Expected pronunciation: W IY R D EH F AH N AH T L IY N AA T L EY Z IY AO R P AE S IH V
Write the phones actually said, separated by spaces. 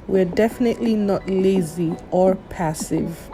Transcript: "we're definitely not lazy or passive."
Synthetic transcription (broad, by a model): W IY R D EH F AH N AH T L IY N AA T L EY Z IY AO R P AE S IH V